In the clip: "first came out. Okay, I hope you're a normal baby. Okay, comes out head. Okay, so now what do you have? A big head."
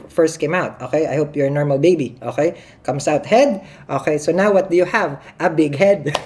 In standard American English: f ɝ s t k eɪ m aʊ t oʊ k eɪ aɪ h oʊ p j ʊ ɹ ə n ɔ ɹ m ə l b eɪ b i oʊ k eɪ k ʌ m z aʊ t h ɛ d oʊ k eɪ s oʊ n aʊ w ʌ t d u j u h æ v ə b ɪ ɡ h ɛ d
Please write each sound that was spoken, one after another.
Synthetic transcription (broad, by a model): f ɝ s t k eɪ m aʊ t oʊ k eɪ aɪ h oʊ p j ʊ ɹ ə n ɔ ɹ m ə l b eɪ b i oʊ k eɪ k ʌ m s aʊ t h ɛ d oʊ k eɪ s oʊ n aʊ w ʌ t d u j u h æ v ə b ɪ ɡ h ɛ d